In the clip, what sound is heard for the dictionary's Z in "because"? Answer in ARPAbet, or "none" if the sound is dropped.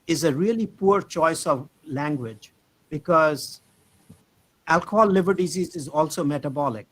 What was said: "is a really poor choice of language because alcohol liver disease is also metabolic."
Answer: Z